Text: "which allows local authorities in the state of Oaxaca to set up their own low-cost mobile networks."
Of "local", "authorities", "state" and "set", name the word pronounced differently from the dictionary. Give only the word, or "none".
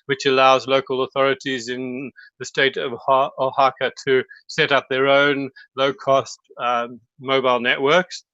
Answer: none